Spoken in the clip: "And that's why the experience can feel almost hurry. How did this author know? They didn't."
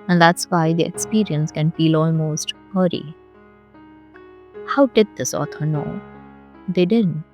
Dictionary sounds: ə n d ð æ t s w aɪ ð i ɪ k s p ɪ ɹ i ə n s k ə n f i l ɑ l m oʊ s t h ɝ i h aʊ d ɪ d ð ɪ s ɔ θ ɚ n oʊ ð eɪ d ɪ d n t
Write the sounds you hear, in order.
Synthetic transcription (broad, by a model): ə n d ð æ t s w aɪ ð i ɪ k s p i ɹ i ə n s k ə n f i l ɑ l m oʊ s t h ɝ i h aʊ d ɪ d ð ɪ s ɔ t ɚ n oʊ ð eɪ d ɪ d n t